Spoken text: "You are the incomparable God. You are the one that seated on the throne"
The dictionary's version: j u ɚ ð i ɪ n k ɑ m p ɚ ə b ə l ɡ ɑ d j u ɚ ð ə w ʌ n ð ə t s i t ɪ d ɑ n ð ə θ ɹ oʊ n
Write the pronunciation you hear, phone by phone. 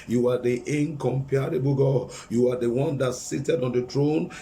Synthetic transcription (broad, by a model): j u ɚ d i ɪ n k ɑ m p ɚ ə b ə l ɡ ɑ j u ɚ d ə w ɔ n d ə t s i t ɪ d ɑ n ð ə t ɹ oʊ n